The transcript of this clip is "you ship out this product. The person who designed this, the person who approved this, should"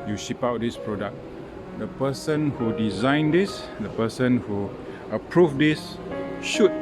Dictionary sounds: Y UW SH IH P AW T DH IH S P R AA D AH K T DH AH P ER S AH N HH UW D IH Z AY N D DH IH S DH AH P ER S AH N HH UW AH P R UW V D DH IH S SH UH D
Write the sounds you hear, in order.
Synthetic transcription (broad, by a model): Y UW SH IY P AW T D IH S P R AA D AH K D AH P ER S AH N HH UW D IH Z AY N D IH S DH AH P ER S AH N HH UW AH P R UW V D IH S SH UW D